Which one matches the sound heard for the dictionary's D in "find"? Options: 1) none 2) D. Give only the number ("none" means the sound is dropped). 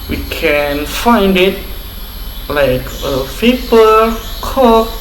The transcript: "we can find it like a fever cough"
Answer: 2